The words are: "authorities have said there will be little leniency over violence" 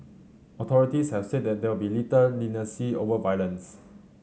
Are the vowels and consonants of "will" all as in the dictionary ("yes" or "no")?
no